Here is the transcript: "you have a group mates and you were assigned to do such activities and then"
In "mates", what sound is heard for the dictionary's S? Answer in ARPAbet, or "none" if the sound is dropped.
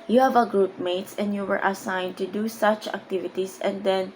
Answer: S